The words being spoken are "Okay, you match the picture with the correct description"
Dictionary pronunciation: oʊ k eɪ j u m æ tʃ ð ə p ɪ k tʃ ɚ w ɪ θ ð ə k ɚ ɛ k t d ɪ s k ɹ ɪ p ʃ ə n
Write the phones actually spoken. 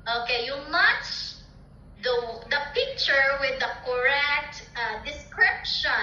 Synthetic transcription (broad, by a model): oʊ k eɪ j u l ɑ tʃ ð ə p ɪ k tʃ ɚ w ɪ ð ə k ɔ ɛ k t d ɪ s k ɹ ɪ p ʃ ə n